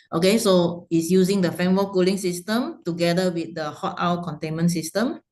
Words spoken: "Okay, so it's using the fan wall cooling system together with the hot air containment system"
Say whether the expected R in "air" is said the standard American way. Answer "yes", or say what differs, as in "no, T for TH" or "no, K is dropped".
no, W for R